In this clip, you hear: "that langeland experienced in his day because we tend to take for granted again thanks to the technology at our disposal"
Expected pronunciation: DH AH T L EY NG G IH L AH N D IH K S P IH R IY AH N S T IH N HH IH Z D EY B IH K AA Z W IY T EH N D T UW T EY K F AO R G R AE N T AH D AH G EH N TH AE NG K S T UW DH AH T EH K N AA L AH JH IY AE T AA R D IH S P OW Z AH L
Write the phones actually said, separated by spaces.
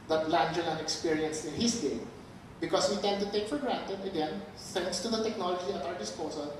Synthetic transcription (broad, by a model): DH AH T L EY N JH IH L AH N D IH K S P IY R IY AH N S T IH N HH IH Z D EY B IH K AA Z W IY T EH N D T UW T EY K F AO R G R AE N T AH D AH G EH N S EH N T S T UW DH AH T EH K N AA L AH JH IY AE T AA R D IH S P OW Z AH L